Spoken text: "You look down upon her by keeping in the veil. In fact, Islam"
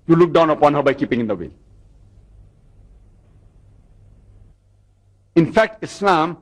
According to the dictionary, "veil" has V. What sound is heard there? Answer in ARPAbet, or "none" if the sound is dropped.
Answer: W